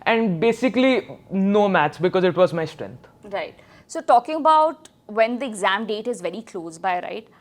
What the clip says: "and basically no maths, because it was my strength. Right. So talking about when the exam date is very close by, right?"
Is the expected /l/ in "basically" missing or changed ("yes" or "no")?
no